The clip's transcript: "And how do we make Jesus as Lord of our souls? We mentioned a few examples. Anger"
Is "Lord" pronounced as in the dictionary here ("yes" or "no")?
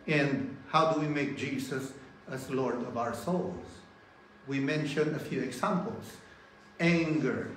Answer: yes